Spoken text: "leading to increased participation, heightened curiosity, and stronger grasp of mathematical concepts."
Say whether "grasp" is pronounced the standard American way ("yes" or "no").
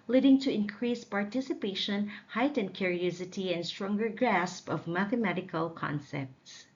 yes